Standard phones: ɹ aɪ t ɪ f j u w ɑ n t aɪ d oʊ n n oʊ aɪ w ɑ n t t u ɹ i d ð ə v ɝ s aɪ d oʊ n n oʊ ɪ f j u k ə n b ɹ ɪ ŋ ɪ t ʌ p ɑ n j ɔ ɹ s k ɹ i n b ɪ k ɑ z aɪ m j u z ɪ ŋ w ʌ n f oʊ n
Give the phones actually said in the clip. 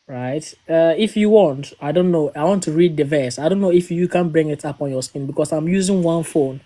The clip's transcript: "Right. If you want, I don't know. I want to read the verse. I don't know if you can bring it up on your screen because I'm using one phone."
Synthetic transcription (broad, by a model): ɹ aɪ t ɪ f j u w ɑ n t aɪ d oʊ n n oʊ aɪ w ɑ n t t u ɹ i d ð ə v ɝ s aɪ d oʊ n n oʊ ɪ f j u k ə n b ɹ ɪ ŋ ɪ t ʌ p ɑ n j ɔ s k i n b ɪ k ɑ s aɪ m j u z ɪ ŋ w ʌ n f oʊ n